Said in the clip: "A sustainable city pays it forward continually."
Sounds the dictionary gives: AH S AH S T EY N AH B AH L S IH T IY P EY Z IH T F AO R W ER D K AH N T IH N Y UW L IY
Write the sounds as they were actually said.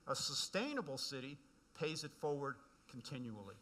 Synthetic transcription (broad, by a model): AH S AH S T EY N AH B L S IH T IY P EY Z IH T F AO R W ER D K N T IH N Y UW L IY